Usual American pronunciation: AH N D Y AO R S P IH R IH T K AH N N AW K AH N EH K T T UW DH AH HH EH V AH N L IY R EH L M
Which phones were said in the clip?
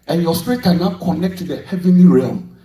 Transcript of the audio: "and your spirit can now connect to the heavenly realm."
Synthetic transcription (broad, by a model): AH N Y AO S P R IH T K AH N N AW K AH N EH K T T UW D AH HH EH V AH N L IY R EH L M